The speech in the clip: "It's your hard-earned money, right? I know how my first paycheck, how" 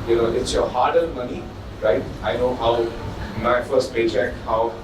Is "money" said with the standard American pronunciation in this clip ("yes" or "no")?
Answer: yes